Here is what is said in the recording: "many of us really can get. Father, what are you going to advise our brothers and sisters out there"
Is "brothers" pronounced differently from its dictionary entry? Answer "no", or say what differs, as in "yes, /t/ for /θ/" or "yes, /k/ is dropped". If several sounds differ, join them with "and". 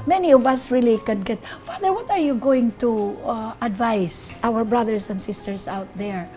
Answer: yes, /s/ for /z/